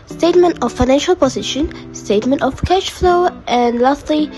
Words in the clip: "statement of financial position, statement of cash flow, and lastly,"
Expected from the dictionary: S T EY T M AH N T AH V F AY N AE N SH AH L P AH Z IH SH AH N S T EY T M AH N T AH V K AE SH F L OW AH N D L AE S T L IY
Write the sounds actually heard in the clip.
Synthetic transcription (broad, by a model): S T EY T M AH N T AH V F AY N AE N SH AH L P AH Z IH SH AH N S T EY T M AH N T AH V K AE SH F L OW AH N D L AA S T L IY